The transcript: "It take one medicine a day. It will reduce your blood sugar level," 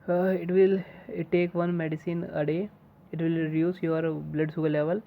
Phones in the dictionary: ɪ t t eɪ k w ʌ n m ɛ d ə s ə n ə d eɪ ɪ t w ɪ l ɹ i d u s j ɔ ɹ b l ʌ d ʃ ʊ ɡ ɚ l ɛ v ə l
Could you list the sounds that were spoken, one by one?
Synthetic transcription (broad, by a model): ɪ t t eɪ k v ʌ n m ɛ d ə s ə n ə d eɪ ɪ t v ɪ l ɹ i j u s j ɔ ɹ b l ʌ d s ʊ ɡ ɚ l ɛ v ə l